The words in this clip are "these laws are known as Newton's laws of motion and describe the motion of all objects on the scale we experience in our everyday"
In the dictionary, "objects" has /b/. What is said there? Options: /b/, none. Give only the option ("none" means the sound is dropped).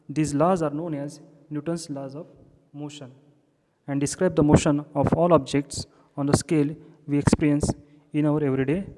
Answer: /b/